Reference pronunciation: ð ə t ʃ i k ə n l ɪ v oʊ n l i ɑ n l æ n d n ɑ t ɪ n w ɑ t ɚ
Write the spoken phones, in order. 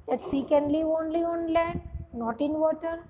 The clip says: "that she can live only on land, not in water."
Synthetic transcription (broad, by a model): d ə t s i k ə n l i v oʊ n l i ɑ n l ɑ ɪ n ɑ t ɪ n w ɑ t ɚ